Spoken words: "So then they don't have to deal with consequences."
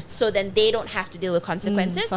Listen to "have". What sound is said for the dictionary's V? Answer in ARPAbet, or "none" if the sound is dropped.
F